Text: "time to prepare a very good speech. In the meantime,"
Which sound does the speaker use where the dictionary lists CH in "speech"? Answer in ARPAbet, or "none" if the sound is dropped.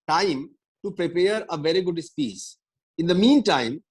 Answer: S